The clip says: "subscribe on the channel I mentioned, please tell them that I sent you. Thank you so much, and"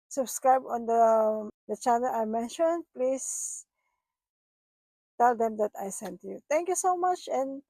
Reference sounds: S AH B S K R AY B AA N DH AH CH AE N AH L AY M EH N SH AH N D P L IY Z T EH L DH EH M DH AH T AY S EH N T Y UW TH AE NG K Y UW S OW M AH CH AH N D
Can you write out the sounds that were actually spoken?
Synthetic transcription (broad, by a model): S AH B S K R AY B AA N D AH CH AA N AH L AY M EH N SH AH N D P L IY S T EH L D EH M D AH T AY S EH N T Y UW T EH NG K Y UW S OW M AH CH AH N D